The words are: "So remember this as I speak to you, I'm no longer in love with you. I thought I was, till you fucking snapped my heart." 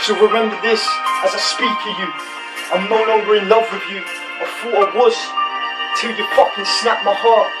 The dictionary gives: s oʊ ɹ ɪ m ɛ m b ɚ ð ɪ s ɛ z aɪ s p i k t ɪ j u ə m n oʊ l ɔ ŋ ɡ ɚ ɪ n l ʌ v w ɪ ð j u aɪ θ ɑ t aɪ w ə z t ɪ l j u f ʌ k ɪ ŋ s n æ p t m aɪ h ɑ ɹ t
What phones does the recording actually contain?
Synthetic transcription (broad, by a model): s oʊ ɹ ɪ m ɛ m b ɚ ð ɪ s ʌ z aɪ s p i k t ɪ j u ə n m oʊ n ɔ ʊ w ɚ ɪ n l ʌ v w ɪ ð j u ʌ f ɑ ʌ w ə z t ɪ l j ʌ p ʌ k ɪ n s n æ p m aɪ h ɑ ɹ t